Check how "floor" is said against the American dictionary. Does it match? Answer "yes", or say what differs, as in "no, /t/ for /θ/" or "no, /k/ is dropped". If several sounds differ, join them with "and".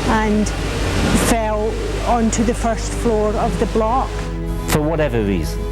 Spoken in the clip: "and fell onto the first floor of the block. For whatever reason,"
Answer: yes